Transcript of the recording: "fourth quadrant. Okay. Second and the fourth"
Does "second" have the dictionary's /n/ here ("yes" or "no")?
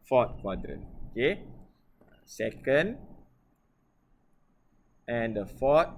yes